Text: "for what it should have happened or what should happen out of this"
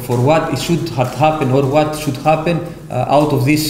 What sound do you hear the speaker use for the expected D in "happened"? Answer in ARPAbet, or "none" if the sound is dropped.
none